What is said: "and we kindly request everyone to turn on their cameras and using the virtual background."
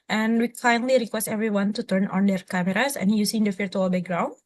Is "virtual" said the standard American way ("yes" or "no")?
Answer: no